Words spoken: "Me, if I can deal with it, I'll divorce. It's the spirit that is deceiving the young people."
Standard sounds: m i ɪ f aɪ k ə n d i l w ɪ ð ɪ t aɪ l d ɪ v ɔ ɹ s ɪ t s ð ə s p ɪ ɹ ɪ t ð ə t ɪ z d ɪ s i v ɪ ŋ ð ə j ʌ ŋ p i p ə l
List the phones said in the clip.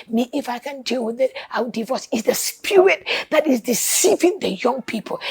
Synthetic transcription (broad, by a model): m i ɪ f aɪ k ə n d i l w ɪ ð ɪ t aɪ w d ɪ v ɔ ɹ s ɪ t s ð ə s p ɪ ɹ ɪ t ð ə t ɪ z d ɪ s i v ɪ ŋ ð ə j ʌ ŋ p i p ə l